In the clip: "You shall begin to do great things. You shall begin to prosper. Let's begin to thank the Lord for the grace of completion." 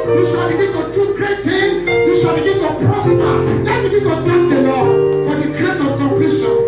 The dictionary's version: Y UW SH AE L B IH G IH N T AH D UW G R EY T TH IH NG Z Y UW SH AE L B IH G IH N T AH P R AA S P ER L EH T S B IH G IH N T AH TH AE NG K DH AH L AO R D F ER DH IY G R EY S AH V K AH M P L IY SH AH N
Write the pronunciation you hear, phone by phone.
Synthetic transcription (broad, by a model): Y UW SH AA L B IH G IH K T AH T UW G R EY T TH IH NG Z Y UW SH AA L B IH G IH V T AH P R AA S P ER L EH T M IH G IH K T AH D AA K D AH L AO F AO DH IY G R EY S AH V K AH M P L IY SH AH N